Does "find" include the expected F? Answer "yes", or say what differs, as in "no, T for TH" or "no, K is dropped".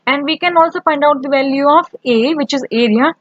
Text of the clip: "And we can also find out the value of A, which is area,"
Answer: no, P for F